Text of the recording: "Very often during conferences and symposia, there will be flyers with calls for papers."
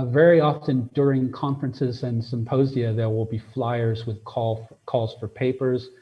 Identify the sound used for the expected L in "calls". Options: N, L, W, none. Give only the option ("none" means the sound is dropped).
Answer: L